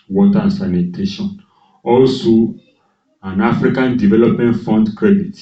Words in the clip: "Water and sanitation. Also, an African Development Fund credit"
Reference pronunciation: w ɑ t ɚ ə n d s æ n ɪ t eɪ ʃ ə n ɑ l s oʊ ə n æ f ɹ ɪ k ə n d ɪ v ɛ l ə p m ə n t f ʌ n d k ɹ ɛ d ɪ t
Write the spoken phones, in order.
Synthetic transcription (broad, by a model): w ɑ t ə n s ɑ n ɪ t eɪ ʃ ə n ɑ l s oʊ ə n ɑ f ɹ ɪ k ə n d ɪ v ɛ l ə p m ə n t f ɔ n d k ɹ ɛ d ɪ t